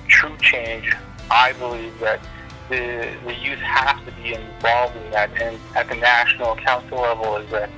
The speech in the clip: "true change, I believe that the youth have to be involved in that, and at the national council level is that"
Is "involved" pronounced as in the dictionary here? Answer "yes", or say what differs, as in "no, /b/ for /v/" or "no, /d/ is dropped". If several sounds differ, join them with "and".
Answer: no, /d/ is dropped